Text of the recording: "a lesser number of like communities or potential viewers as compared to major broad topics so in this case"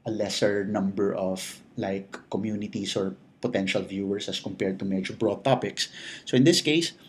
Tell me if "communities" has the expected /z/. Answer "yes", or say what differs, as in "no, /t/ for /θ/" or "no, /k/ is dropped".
no, /s/ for /z/